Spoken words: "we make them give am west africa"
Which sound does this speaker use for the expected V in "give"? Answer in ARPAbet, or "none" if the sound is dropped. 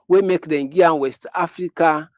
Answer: none